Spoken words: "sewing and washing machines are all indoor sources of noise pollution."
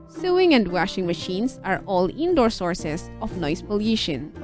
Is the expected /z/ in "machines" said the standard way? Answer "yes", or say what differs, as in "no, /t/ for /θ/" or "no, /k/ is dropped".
no, /s/ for /z/